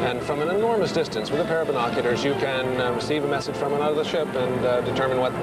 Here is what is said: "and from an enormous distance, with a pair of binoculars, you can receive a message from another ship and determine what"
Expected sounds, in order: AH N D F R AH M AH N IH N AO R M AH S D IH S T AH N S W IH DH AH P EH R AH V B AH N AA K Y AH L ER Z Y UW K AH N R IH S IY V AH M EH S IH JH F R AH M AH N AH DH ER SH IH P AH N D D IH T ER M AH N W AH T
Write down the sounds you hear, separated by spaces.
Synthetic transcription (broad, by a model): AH N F F R AH M AH N IH N AO R M AH S D IH S T AH N S W IH DH AH P EH R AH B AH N AA K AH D ER Z Y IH K AH N R IH S IY V AH M EH S IH JH F R AH M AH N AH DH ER SH IH P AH N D D IH T ER M AH N W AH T